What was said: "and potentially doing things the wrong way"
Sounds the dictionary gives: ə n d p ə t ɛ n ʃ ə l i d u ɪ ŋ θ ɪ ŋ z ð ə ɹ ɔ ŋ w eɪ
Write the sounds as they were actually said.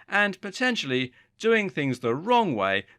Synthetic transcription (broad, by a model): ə n p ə t ɛ n ʃ l i d u ɪ ŋ θ ɪ ŋ z ð ə ɹ ɔ ŋ w eɪ